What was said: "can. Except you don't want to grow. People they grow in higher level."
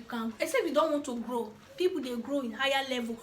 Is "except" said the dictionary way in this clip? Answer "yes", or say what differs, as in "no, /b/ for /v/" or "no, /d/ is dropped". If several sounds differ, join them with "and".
no, /k/ is dropped